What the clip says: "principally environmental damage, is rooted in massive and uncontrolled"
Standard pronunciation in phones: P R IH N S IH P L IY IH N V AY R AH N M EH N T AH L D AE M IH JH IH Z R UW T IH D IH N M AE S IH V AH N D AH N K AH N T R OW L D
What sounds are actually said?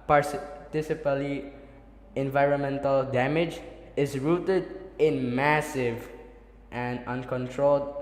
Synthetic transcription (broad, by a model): P R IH S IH P L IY IH N V AY R AH N M EH N T AH L D AE M IH JH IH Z R UW T IH D IH N M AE S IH V AH N D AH N K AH N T R OW L D